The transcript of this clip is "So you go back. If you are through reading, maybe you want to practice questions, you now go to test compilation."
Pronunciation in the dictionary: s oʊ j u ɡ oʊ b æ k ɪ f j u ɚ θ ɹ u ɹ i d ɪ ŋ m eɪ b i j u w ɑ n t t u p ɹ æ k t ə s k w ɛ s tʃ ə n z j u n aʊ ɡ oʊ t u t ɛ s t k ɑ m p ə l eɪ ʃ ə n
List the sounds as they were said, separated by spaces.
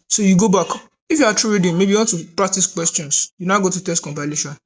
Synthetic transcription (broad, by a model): s oʊ j u ɡ oʊ b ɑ k ɪ f j u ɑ t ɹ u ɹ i d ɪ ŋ m eɪ b i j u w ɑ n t t u p ɹ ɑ k t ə s k w ɛ s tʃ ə n s j u n aʊ ɡ oʊ t u t ɛ s t k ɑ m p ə l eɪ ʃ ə n